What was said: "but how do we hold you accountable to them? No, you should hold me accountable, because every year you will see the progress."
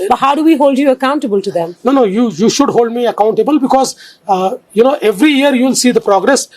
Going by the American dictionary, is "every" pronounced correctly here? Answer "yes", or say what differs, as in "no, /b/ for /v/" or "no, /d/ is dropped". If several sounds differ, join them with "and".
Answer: yes